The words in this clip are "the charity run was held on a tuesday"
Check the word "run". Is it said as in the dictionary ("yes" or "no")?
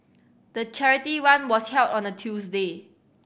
no